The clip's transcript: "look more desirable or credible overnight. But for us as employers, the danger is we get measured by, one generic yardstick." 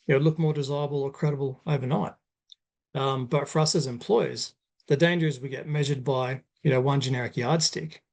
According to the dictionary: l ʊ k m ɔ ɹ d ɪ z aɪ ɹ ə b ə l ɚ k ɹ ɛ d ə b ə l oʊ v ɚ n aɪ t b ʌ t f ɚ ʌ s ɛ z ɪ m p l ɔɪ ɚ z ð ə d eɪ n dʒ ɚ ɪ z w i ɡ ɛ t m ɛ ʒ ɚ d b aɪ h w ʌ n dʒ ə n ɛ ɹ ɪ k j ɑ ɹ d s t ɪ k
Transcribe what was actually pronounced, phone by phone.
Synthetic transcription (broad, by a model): l ʊ k m ɔ ɹ d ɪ z aɪ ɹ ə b l ɚ k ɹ ɛ d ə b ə l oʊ v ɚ n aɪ t b ʌ t f ɚ ʌ s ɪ z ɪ m p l ɔɪ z ð ə d eɪ n dʒ ɚ ɪ z w i ɡ ɛ t m ɛ ʒ ɚ d b aɪ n w ʌ n dʒ ə n ɛ ɹ ɪ k j ɑ ɹ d s t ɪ k